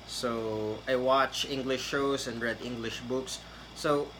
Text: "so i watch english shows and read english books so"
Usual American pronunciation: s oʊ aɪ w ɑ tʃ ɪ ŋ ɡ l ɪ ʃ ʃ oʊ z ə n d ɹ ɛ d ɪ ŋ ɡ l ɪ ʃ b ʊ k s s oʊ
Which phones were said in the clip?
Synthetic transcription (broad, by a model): s oʊ aɪ w ɑ tʃ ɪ ŋ ɡ l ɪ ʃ ʃ oʊ s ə n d ɹ ɛ d ɪ ŋ ɡ l ɪ ʃ b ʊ k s s oʊ